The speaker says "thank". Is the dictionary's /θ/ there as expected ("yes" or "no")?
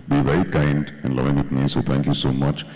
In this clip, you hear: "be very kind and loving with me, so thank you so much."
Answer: no